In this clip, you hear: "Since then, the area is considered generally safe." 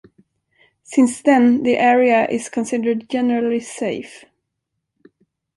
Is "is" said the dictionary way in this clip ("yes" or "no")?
no